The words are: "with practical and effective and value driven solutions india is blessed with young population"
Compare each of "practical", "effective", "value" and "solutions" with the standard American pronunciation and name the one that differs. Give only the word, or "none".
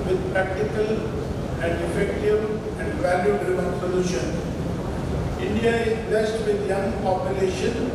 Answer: solutions